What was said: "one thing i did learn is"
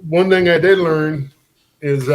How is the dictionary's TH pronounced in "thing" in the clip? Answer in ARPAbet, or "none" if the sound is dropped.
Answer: TH